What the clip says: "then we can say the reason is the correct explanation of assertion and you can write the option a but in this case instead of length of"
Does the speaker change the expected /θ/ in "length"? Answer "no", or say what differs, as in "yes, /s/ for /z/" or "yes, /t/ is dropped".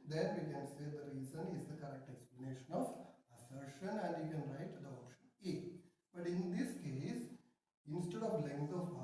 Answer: yes, /s/ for /θ/